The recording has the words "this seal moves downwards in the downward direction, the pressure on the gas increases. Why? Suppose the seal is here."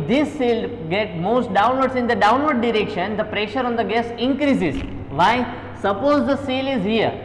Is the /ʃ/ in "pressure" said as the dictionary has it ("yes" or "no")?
yes